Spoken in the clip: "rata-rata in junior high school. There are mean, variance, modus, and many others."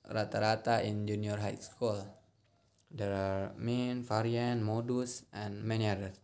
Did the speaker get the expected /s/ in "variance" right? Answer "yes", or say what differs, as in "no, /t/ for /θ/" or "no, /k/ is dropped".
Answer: no, /s/ is dropped